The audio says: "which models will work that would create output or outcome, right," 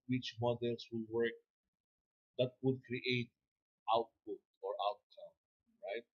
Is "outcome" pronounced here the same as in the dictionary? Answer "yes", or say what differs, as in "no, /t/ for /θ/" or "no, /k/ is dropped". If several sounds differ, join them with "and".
no, /k/ is dropped